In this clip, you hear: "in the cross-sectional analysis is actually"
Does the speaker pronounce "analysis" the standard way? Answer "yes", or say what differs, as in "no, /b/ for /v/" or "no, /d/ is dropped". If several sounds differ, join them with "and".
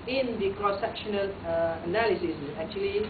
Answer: yes